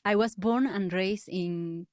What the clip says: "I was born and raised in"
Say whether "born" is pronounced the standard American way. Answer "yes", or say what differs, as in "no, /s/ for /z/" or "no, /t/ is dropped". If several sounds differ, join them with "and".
yes